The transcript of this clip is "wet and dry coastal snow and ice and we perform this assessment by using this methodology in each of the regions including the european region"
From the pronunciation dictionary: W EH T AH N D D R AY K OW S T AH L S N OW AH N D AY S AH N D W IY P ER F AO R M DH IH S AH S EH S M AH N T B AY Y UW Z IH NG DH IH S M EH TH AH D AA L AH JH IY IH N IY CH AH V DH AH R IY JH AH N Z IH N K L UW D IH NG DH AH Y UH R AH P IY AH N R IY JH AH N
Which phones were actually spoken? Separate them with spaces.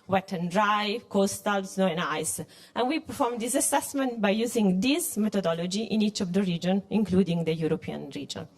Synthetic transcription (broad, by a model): W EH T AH N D D R AY K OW S T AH L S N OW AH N AY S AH N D W IY P ER F AO R M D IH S AH S EH S M AH N T B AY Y UW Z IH NG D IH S M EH T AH D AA L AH JH IY IH N IY CH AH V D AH R IY JH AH N IH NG K L UW D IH NG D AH Y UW R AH P IY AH N R IY JH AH N